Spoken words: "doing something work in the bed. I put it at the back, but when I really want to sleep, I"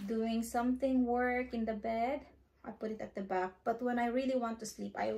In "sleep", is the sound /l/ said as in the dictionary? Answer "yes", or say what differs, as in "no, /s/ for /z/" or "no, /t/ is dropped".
yes